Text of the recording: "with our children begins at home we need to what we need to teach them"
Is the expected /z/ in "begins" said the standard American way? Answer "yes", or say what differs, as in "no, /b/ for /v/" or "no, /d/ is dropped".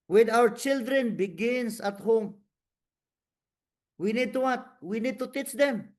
no, /s/ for /z/